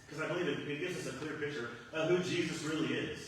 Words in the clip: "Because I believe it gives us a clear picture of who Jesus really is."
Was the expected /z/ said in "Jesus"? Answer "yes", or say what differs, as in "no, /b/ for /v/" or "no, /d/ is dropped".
yes